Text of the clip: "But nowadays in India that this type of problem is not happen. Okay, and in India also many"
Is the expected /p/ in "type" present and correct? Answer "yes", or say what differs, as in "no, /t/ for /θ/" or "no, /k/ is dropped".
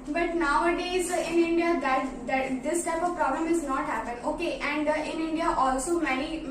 yes